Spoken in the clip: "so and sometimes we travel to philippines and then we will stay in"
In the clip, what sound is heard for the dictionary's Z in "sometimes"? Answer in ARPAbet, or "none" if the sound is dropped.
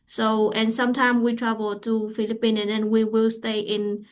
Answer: none